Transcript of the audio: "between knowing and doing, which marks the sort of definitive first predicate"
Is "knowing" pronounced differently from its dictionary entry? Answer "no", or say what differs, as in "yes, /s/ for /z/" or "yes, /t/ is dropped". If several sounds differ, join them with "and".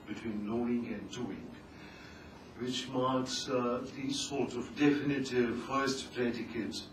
yes, /l/ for /n/